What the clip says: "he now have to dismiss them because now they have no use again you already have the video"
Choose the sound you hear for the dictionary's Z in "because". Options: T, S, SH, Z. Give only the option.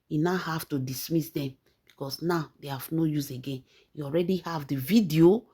S